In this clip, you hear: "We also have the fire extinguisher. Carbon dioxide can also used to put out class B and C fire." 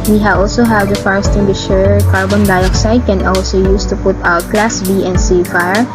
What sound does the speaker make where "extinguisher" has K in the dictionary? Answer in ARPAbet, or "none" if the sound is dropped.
none